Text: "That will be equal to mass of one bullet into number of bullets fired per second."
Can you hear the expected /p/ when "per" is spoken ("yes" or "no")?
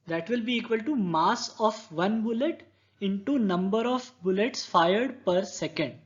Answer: yes